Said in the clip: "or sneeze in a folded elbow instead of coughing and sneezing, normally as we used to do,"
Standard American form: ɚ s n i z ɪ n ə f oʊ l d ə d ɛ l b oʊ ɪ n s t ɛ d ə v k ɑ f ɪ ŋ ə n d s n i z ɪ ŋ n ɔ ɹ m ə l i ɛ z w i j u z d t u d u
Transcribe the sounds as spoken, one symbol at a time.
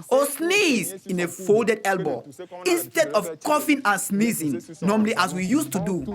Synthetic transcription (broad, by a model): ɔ s n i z ɪ n ə f oʊ l d ə d ɛ l b oʊ ɪ n s t ɛ d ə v k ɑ f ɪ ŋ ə n s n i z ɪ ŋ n ɔ m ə l i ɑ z w i j u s t u d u